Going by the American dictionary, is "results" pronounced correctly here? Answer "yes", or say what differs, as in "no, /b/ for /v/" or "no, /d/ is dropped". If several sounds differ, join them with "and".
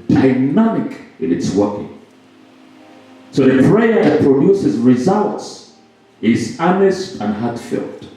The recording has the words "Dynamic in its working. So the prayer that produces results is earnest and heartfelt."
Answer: yes